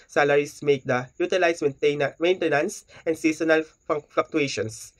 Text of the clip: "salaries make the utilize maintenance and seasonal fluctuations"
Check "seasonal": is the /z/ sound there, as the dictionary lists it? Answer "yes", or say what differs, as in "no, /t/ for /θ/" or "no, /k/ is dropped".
no, /s/ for /z/